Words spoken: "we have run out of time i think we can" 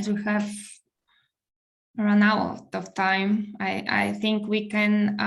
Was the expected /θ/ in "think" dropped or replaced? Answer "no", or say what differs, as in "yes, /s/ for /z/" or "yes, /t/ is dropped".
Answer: no